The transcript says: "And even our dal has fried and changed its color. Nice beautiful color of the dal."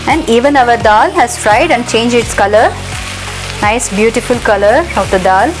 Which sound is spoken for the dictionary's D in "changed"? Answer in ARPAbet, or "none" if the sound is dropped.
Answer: none